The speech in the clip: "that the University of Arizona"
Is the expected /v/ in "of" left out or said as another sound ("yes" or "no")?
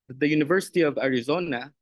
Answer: no